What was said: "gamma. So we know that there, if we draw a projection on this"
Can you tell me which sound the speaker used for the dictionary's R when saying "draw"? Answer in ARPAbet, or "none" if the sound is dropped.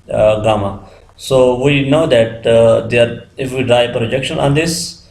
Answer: R